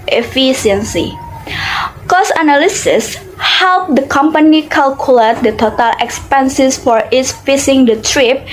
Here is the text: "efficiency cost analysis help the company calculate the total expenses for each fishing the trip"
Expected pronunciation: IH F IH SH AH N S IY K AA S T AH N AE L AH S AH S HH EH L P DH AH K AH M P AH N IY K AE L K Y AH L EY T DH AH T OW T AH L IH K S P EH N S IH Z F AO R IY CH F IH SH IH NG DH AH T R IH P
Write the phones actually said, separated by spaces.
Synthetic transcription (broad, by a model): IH F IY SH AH N S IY K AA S AH N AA L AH S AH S HH EH L P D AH K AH M P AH N IY K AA L K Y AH L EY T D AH T OW T AH L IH K S P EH N S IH S F AO R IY S F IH S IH NG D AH T R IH P